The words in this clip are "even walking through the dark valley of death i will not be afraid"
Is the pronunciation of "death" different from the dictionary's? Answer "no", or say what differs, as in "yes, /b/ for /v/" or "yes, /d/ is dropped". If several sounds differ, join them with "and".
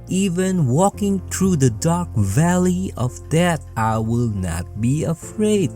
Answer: yes, /t/ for /θ/